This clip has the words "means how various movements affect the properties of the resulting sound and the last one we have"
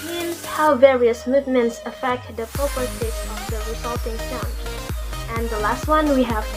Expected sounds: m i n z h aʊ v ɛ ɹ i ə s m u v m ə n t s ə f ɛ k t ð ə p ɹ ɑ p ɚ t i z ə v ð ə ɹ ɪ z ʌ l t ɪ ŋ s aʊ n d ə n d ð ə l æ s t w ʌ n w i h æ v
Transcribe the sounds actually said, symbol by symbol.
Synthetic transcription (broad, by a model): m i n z h aʊ v ɛ ɹ i ə s m u v m ə n t s ə f ɛ k t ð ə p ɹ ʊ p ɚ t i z ə v ð ə ɹ ɪ z ʌ l t ɪ ŋ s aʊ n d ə n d ð ə l æ s t w ʌ n w i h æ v